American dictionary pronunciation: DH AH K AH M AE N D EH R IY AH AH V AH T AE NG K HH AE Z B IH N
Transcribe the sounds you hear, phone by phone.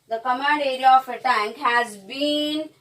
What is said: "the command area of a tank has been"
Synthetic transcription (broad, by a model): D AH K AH M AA D EH R IY AH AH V AH T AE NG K HH AE Z B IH N